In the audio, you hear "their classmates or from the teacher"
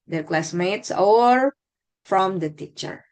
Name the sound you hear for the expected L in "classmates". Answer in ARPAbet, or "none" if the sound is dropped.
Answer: L